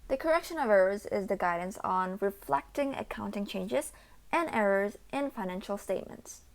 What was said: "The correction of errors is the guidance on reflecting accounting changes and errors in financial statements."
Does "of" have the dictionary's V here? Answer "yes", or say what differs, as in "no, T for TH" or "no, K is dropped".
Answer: yes